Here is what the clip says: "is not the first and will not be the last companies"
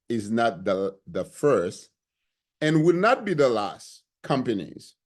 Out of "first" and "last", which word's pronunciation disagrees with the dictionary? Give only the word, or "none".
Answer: none